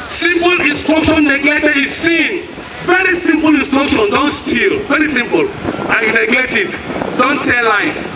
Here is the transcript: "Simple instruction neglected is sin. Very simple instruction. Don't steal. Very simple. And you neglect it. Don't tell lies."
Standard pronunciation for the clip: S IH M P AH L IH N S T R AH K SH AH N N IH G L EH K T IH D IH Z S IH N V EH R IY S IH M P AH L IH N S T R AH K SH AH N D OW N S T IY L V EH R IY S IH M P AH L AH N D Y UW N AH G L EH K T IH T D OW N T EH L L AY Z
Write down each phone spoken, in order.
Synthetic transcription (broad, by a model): S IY M P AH L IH S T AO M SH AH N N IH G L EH T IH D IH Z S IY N V EH R IY S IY M P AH L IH S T AO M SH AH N D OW N S T IY L V EH R IY S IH M P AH L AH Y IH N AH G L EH T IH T D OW N T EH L L AY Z